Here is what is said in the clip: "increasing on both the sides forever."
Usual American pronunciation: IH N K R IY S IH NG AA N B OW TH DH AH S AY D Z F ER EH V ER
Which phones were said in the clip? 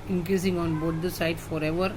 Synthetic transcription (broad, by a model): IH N K R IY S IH NG AA N B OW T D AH S AY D F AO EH V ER